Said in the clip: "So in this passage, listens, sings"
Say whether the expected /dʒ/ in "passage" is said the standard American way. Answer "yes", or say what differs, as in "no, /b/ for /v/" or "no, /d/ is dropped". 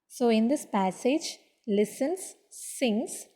yes